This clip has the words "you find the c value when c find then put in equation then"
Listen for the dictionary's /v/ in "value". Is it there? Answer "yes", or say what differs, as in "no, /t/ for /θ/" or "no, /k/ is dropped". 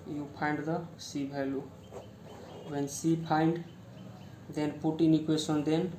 no, /b/ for /v/